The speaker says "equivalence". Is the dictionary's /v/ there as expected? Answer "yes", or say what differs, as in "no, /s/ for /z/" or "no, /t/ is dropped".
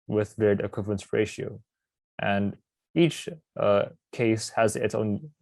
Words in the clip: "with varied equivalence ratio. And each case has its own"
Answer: no, /p/ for /v/